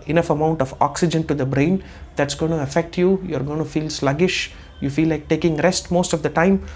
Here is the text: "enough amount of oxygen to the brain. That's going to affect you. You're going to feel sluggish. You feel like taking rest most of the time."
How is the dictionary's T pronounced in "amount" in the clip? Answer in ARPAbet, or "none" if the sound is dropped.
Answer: T